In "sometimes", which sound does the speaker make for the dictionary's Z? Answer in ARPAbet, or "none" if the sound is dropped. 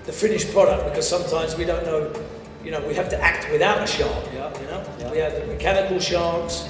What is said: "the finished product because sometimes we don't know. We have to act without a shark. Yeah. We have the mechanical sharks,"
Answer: Z